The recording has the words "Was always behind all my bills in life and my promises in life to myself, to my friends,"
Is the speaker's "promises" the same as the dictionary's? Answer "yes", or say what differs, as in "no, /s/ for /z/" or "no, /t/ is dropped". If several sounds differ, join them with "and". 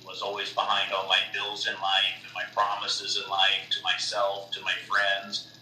yes